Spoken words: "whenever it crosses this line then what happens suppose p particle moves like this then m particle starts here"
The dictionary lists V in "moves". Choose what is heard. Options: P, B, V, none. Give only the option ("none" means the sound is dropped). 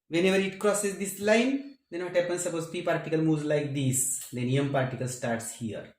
none